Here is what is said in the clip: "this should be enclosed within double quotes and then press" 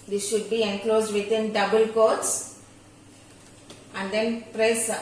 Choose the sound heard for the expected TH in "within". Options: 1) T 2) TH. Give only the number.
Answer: 1